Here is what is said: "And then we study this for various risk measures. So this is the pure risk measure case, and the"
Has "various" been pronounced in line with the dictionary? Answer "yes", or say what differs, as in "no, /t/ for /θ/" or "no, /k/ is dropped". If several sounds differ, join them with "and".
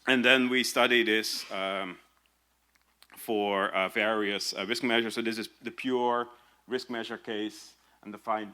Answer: yes